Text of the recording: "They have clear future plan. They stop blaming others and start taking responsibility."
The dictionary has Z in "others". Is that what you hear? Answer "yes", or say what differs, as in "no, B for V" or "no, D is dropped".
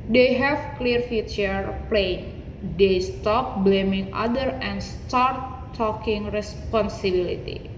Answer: no, Z is dropped